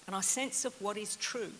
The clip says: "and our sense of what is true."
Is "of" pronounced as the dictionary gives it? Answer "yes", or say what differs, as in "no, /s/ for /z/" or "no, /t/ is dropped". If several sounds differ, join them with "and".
yes